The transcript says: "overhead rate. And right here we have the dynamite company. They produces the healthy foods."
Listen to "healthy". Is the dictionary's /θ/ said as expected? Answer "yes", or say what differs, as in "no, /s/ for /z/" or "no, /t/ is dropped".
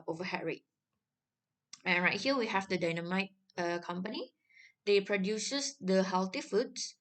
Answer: no, /t/ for /θ/